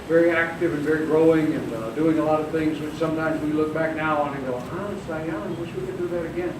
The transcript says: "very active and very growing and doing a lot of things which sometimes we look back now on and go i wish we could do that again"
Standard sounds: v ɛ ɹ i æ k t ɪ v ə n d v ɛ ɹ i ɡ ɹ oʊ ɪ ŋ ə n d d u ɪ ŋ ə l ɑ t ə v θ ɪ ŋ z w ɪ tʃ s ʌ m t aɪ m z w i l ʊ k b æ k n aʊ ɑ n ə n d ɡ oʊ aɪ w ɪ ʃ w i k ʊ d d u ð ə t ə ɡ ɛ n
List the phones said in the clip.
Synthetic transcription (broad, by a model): v ɛ ɹ i æ k t ɪ v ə n v ɛ ɹ i ɡ ɹ oʊ ɪ ŋ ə n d d u ɪ ŋ ə l ɑ t ə v θ ɪ ŋ z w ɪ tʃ s ʌ m t aɪ m z w i l ʊ k b æ k n aʊ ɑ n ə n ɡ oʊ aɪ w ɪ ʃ w i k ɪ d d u ð ə t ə ɡ ɛ n